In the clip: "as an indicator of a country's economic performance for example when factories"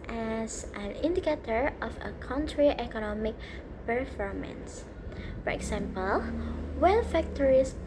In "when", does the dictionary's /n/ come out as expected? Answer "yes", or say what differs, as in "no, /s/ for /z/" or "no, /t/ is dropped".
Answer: no, /l/ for /n/